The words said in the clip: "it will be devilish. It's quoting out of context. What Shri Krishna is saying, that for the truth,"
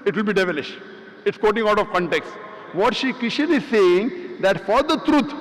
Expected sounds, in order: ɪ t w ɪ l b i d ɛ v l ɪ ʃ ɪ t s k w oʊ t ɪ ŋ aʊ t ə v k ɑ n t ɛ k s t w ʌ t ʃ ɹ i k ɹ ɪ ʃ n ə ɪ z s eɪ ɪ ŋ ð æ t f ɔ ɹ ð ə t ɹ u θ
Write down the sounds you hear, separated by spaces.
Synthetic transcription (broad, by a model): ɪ t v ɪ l b i d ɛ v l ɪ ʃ ɪ t s k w oʊ t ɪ ŋ aʊ t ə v k ɑ n t ɛ k s t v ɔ t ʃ i k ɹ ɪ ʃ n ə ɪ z s eɪ ɪ ŋ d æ t f ɔ ɹ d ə t ɹ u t